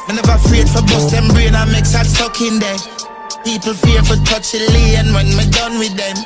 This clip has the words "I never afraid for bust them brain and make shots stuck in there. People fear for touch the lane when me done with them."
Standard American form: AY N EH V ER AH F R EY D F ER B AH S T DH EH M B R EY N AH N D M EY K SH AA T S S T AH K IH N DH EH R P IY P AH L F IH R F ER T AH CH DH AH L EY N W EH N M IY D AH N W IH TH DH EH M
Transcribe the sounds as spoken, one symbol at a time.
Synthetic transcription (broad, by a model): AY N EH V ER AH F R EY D F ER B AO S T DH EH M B R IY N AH M EY K S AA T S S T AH K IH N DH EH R P IY P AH L F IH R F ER T AH CH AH L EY N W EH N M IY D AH N W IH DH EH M